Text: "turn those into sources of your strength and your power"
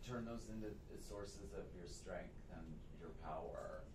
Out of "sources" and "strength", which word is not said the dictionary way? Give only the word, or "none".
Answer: none